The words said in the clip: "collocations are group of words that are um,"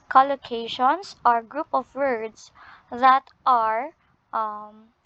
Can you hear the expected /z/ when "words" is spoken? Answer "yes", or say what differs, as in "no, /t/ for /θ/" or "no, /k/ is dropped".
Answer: no, /s/ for /z/